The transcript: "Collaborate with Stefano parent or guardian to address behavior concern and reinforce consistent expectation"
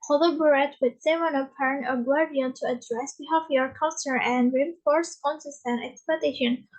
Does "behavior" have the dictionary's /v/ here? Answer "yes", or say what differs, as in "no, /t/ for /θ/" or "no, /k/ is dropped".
no, /f/ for /v/